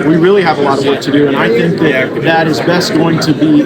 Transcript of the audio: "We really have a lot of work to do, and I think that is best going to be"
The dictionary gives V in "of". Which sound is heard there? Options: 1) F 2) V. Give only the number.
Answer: 2